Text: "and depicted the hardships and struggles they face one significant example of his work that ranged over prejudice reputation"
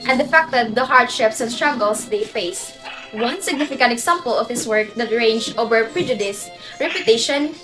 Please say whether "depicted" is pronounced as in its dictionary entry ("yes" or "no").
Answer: no